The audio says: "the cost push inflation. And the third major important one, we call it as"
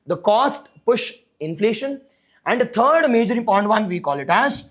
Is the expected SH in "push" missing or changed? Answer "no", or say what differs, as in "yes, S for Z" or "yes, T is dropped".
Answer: no